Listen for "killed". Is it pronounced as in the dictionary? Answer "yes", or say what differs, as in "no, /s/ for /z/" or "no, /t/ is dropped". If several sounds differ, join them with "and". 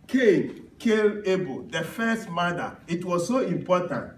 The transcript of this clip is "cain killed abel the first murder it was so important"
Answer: no, /d/ is dropped